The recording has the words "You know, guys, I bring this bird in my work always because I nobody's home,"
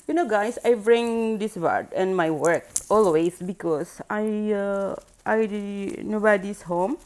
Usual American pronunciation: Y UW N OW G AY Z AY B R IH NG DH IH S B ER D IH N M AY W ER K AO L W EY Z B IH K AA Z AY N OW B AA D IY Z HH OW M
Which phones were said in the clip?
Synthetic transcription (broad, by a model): Y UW N OW G AY S AY B R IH NG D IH S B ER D IH N M AY W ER K AO L W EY S B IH K AA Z AY N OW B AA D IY S HH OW M